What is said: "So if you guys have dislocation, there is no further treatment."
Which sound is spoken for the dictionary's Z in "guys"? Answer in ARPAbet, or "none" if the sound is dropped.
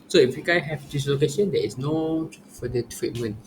none